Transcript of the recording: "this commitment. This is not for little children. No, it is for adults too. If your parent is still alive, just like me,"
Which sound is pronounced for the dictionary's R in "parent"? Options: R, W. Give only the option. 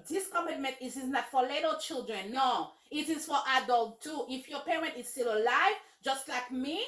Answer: R